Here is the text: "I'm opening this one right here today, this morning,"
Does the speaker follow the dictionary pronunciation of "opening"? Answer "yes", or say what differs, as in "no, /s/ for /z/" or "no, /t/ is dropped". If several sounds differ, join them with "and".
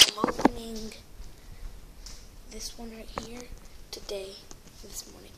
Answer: no, /p/ is dropped